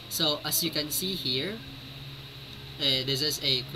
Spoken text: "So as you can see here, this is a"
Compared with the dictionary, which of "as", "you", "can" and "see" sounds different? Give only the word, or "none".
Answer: as